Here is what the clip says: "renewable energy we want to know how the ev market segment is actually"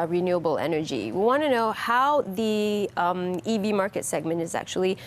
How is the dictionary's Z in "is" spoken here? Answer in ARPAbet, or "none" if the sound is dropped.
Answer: Z